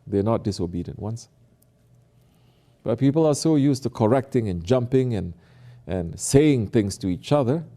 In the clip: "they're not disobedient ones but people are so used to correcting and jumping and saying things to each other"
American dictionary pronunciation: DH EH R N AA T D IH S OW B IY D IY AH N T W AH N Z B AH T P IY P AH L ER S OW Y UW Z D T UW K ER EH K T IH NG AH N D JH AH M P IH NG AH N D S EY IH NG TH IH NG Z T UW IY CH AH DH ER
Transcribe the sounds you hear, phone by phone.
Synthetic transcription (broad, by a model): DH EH N AA T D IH S OW B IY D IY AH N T W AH N S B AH T P IY P AH L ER S OW Y UW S T UW K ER EH K T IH NG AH N JH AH M P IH NG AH N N S EY IH NG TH IH NG S T UW IY CH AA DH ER